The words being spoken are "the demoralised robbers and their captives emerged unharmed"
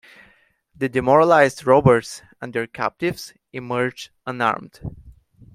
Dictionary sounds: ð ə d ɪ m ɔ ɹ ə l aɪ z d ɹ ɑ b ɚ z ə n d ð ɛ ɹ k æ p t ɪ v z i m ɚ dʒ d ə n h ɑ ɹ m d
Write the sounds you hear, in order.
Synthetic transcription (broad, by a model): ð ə d ɪ m ɔ ɹ ə l aɪ z d ɹ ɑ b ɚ s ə n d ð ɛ ɹ k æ p t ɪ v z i m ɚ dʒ ə n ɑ ɹ m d